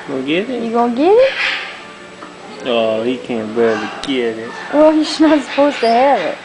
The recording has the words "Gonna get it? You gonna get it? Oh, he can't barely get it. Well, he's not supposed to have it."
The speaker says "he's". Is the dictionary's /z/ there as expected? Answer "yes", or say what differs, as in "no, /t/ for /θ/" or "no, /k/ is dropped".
no, /s/ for /z/